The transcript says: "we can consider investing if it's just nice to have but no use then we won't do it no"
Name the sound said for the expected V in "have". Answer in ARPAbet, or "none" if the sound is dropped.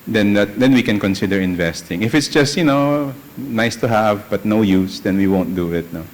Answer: V